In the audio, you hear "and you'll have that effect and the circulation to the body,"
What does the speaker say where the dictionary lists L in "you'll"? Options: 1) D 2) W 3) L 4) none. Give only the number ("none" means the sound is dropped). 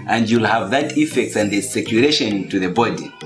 3